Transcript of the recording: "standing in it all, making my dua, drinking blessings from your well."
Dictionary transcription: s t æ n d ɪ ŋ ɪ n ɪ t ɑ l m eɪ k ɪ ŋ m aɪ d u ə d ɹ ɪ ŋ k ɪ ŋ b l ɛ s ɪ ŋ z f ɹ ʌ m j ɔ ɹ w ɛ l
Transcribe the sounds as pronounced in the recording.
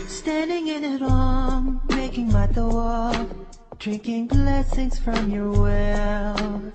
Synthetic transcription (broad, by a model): s t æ n d ɪ ŋ ɪ n ɪ t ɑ n m eɪ k ɪ ŋ m aɪ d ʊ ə d ɹ ɪ ŋ k ɪ ŋ b l ɛ s ɪ ŋ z f ɹ ʌ m j ɔ ɹ w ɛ l